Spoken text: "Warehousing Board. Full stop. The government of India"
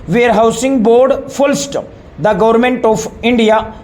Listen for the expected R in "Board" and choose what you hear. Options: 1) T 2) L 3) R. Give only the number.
3